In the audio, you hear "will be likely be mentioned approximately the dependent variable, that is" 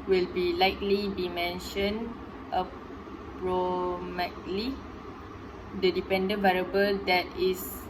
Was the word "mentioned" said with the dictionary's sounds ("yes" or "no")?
no